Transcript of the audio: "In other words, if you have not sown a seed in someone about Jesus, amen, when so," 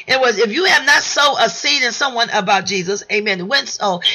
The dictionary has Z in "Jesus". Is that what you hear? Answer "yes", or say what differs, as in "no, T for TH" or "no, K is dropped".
yes